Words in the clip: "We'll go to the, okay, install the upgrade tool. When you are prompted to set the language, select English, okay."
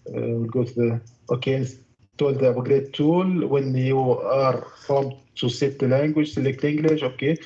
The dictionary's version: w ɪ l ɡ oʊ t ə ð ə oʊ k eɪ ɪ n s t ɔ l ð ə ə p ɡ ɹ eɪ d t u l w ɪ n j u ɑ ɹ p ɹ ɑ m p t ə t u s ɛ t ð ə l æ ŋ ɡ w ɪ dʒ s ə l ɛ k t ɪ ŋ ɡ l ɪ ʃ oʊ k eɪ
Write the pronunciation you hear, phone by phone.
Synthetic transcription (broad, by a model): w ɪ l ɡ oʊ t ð oʊ k eɪ ɪ n s t ɔ l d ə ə ɡ ɹ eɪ t u l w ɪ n j u ɑ ɹ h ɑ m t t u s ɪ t l æ ŋ ɡ w ɪ dʒ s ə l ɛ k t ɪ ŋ ɡ l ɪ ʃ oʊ k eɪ